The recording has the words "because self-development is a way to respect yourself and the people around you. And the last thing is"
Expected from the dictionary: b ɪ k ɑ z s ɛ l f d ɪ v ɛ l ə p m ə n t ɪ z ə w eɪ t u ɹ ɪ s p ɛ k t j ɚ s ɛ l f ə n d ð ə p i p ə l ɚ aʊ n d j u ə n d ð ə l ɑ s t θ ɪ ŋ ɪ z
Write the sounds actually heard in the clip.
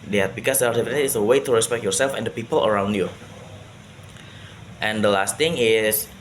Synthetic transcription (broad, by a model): b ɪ k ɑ s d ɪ ɑ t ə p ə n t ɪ s ə w eɪ t u ɹ ɪ s p ɛ k t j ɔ s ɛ l f ə n d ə p i p ə l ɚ aʊ n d j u ə n d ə l ɑ s t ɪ ŋ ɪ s